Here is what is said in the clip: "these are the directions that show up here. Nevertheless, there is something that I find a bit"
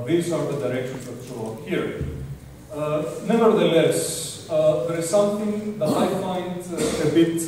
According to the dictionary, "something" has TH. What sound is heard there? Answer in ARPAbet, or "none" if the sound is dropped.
T